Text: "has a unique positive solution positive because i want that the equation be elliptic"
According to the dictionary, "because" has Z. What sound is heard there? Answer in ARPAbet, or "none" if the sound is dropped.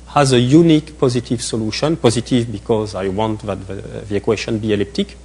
Z